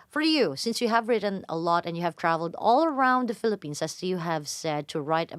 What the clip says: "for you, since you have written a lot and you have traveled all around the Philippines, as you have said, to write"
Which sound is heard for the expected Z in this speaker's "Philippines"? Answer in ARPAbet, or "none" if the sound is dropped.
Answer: S